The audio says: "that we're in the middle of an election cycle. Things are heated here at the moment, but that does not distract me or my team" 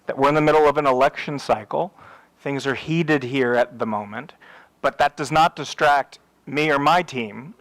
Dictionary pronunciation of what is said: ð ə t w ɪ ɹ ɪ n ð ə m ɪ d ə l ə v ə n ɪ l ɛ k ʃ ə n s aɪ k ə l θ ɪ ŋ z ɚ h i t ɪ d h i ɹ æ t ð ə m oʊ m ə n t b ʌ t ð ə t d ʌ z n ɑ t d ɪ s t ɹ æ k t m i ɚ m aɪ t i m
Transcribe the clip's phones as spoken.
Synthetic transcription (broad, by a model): ð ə t w ɪ ɹ ɪ n ð ə m ɪ d l ə v ə n ɪ l ɛ k ʃ ə n s aɪ k l θ ɪ ŋ z ɚ h i t ɪ d h i ɹ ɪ t ð ə m oʊ m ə n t b ʌ t ð ə t d ʌ z n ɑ t d ɪ s t ɹ æ k t m i ɚ m aɪ t i m